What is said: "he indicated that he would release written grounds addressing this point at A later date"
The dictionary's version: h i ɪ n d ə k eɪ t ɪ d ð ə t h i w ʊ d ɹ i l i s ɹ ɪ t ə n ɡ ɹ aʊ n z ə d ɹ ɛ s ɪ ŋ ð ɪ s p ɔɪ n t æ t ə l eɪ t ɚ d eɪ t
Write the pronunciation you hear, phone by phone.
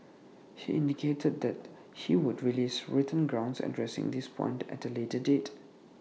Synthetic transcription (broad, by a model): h i ɪ n d ə k eɪ t ɪ d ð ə t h i w ʊ d ɹ i l i s ɹ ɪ t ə n ɡ ɹ aʊ n s ə d ɹ ɛ s ɪ ŋ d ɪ s p ɔɪ n t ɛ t ə l eɪ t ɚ d eɪ t